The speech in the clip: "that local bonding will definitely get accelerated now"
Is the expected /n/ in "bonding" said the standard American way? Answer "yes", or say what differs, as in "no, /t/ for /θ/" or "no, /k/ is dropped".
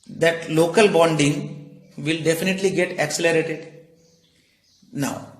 yes